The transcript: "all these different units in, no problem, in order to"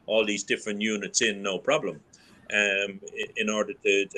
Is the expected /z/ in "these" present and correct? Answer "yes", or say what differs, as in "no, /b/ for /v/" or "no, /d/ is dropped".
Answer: yes